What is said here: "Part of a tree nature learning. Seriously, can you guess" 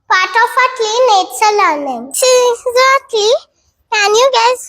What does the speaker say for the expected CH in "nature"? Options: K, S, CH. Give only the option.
S